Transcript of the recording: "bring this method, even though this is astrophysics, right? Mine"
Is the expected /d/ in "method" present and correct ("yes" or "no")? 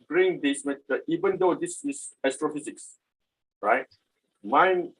no